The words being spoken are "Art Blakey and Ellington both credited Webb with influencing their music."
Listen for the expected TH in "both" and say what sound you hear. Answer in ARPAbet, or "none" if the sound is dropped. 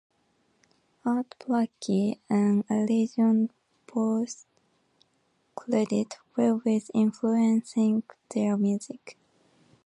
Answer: S